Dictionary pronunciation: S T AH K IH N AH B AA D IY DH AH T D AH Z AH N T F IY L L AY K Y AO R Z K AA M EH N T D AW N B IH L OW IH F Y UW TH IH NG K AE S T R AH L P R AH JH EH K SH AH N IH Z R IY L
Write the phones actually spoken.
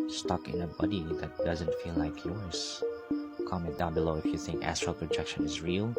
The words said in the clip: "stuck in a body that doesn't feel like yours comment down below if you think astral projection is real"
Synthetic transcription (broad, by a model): S T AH K IH N AH B AA D IY DH AH T D AH Z AH N T F IY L L AY K Y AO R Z K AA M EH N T D AW N B IH L OW IH F Y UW TH IH NG K AE S T R AH L P R AH JH EH K SH AH N IH Z R IY L